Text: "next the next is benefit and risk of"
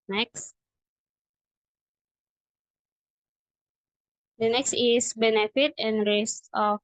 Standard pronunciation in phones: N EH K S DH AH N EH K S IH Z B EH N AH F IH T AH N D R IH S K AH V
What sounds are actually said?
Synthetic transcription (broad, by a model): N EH K S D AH N EH K S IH S B EH N AH F IH T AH N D R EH S AH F